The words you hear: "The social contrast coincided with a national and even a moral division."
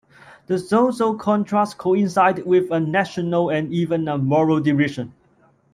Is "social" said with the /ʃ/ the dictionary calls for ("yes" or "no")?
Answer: no